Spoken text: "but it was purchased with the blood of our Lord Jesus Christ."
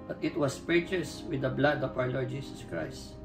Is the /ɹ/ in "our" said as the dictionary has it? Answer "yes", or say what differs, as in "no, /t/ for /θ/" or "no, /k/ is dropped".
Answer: no, /w/ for /ɹ/